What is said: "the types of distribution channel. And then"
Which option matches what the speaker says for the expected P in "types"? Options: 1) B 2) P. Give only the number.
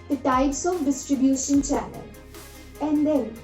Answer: 1